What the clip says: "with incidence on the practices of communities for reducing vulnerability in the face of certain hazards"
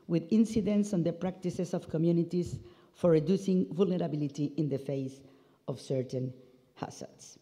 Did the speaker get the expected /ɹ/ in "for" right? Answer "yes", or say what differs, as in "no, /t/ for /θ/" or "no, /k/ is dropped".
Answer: yes